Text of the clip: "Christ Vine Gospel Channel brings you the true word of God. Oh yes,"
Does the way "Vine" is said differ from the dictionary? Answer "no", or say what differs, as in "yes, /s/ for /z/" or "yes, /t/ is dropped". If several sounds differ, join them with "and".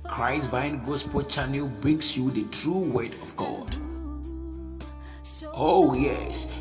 no